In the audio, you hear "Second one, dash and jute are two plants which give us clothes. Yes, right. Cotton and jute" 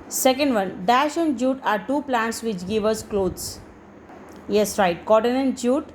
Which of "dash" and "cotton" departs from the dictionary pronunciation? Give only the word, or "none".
none